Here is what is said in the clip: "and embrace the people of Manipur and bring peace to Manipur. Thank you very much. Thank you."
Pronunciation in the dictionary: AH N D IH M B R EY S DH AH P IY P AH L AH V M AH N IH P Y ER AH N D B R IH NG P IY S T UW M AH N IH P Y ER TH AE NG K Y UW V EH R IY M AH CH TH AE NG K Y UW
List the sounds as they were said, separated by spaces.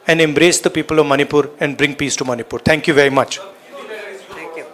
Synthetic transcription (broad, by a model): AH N D IH M B R EY S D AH P IY P AH L AH V M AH N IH P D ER AH N D B R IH NG P IY S T UW M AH N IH P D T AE NG K Y UW V EH R IY M AH CH